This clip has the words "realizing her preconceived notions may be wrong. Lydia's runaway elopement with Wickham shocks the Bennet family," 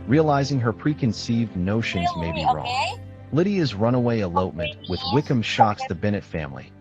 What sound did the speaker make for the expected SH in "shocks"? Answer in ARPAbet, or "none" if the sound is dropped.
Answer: SH